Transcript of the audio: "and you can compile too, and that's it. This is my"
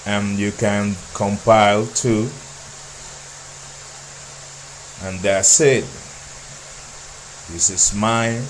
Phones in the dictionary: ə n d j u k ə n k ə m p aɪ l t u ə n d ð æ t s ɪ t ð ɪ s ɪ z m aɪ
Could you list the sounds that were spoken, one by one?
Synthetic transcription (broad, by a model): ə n j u k ə n k ə m p aɪ l t u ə n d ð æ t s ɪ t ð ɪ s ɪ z m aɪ